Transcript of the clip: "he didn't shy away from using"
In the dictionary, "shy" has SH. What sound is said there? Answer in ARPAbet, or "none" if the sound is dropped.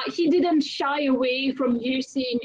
SH